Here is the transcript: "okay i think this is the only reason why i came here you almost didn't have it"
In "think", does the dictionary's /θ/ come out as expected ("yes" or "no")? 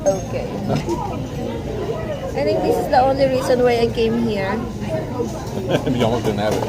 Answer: no